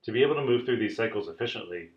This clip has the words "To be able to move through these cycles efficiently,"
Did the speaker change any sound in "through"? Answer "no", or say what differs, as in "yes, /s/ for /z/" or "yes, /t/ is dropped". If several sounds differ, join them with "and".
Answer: no